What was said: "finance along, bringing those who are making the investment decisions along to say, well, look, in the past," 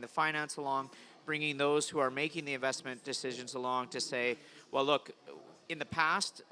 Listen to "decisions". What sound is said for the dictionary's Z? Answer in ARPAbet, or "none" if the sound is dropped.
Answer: Z